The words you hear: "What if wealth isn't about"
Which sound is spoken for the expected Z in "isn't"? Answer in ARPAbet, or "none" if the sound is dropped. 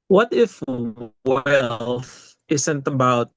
S